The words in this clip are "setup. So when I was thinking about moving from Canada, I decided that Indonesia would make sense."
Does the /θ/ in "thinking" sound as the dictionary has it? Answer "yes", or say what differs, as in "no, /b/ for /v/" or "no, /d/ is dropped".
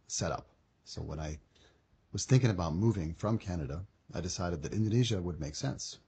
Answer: yes